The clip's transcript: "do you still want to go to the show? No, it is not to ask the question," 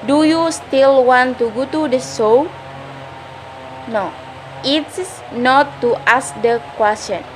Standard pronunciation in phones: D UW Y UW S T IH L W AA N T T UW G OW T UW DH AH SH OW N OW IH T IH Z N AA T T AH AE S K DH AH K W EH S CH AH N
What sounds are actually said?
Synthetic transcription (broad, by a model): D UW Y UW S T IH L W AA N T T UW G OW T UW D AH S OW N OW IH T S N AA T T AH S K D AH K W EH S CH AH N